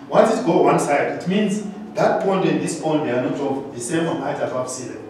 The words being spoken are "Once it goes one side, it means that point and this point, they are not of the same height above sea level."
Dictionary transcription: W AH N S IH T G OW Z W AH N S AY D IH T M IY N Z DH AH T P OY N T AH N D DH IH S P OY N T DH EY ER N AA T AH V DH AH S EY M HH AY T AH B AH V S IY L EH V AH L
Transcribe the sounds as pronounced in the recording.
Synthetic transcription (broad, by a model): W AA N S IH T G OW W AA N S AY D IH T M IY N Z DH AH T P OY N T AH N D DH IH S P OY N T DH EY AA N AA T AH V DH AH S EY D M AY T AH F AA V S IY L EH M